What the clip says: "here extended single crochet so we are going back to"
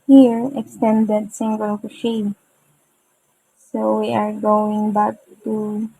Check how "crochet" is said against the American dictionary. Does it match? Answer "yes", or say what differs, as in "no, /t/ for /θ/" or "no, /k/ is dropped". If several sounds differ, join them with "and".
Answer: no, /ɹ/ is dropped